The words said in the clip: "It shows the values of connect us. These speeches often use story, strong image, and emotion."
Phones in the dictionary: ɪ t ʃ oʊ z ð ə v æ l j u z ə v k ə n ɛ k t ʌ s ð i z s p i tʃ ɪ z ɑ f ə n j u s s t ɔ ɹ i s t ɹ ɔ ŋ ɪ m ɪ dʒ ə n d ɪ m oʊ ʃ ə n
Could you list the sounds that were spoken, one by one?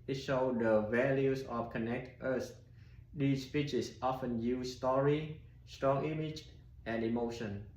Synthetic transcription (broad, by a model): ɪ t ʃ oʊ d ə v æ l j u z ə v k ə n ɛ k t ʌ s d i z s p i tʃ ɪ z ɑ f ə n j u s s t ɔ ɹ i s t ɹ ɔ ŋ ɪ m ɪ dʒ ə n d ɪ m oʊ ʃ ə n